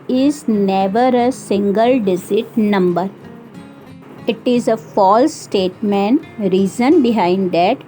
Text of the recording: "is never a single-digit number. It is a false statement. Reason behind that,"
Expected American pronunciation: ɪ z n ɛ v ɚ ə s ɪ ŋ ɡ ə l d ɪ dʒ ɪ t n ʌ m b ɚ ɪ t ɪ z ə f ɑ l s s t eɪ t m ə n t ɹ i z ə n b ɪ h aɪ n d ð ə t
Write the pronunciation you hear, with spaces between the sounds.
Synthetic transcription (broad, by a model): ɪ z n ɛ v ɚ ə s ɪ ŋ ɡ ə l d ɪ z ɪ t n ʌ m b ɚ ɪ t ɪ z ə f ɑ l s s t eɪ t m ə n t ɹ i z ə n b ɪ h aɪ n d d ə t